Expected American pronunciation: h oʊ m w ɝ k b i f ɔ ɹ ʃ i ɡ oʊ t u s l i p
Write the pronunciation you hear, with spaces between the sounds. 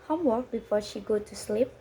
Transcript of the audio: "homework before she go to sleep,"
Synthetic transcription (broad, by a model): h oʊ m w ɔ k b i f ɔ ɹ ʃ i ɡ oʊ t u s l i p